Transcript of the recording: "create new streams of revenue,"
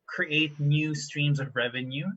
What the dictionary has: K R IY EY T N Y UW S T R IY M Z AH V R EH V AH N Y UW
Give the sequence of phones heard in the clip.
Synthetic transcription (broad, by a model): K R IY EY T N Y UW S T R IY M Z AH V R EH V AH N Y UW